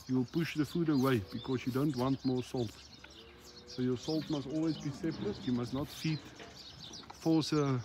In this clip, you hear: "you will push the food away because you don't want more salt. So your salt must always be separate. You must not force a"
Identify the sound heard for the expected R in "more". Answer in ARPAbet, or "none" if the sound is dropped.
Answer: R